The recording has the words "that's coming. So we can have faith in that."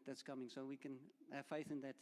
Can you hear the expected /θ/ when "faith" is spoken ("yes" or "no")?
yes